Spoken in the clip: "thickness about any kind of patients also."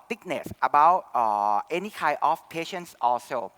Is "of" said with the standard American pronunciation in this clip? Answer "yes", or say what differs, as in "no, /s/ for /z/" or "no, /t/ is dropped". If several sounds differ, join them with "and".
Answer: no, /f/ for /v/